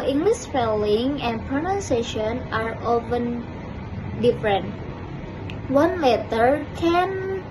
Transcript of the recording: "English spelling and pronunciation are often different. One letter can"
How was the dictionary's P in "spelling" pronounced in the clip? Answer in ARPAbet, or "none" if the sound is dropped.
F